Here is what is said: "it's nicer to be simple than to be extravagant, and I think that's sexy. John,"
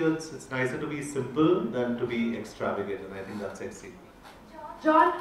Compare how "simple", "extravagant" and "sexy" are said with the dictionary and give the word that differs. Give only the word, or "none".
extravagant